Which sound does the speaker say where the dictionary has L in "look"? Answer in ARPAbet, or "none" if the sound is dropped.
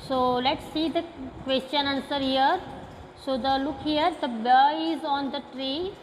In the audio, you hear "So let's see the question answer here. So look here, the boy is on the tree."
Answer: L